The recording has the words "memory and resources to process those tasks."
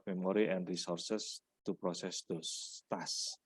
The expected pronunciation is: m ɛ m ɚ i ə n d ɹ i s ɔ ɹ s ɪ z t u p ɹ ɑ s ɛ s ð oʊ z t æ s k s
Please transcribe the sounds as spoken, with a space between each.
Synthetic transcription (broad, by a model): m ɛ m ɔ i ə n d ɹ i s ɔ ɹ s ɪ s t u p ɹ ɑ s ɛ s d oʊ t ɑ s s